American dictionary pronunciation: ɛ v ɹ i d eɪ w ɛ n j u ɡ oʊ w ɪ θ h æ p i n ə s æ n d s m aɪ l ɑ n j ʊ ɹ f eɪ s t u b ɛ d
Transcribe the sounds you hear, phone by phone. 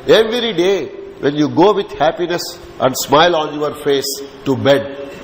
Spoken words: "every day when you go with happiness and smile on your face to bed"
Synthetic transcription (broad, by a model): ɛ v ɹ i d eɪ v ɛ n j u ɡ oʊ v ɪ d h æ p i n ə s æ n d s m aɪ l ɑ n j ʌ ɹ f eɪ s t u b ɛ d